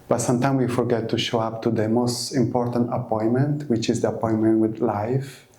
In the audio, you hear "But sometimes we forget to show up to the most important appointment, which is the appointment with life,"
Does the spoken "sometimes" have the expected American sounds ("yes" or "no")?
no